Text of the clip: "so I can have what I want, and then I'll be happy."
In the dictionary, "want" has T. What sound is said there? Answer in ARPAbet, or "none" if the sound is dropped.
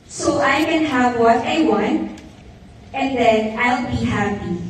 none